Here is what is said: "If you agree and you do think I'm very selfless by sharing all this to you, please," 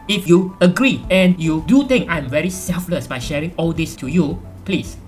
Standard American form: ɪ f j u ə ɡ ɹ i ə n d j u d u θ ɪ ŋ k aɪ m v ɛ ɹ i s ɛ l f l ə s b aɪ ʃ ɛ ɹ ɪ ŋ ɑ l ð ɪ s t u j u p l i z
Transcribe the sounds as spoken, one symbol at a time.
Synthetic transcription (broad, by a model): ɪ f j u ə ɡ ɹ i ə n j u d u t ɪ ŋ k aɪ m v ɛ ɹ i s ɛ l f l ə s b aɪ ʃ ɛ ɹ ɪ ŋ ɑ l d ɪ s t u j u p l i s